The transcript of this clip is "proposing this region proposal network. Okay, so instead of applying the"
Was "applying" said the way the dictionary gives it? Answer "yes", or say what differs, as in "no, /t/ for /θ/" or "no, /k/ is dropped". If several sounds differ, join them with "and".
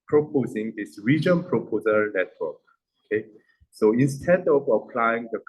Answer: yes